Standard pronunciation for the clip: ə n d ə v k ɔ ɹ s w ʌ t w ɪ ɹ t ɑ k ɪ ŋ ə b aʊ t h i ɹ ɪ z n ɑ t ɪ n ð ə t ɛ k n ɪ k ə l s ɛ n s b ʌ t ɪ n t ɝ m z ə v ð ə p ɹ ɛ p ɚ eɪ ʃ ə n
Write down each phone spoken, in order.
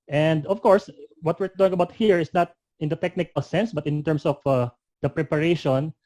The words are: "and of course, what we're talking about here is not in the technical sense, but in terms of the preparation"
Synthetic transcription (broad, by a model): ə n d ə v k ɔ ɹ s w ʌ t w ɪ ɹ t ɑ ɪ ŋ ə b aʊ t h i ɹ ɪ s n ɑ t ɪ n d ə t ɛ k n ɪ k ə l s ɛ n s b ʌ t ɪ n t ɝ m s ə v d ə p ɹ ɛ p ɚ eɪ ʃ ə n